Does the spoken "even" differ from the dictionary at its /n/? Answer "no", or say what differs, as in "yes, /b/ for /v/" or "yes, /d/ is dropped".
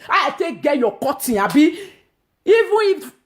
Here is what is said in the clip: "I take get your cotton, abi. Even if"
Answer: yes, /n/ is dropped